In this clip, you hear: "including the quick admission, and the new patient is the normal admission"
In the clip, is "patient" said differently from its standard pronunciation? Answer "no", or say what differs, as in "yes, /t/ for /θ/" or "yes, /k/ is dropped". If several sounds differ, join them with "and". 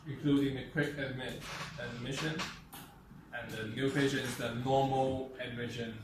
yes, /t/ is dropped